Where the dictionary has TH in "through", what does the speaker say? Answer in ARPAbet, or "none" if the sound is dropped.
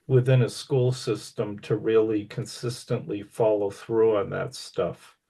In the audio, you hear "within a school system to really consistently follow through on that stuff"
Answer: TH